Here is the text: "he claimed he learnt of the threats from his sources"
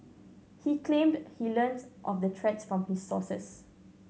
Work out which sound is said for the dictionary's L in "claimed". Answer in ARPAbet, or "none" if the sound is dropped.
L